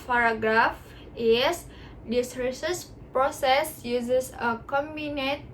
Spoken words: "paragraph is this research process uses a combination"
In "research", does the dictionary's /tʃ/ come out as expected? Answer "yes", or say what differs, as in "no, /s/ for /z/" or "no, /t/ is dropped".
no, /s/ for /tʃ/